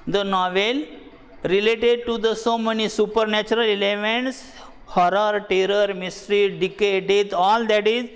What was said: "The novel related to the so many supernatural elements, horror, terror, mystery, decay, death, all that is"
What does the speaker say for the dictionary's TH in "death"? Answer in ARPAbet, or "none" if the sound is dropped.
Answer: T